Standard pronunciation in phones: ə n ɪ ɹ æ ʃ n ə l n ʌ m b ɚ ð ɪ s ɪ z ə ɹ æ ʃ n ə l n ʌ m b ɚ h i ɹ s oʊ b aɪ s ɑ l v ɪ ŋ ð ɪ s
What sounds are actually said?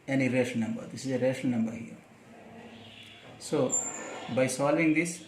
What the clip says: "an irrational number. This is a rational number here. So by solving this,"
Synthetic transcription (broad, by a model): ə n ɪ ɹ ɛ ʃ ə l n ʌ m b ɚ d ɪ s ɪ z ə ɹ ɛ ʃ ə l n ʌ m b ɚ h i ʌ s oʊ b aɪ s ɑ l v ɪ ŋ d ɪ s